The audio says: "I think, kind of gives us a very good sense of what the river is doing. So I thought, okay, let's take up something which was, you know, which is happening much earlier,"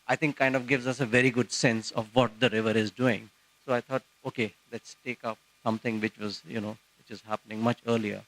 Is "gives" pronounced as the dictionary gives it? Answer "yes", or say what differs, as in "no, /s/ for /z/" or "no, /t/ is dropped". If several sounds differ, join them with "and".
yes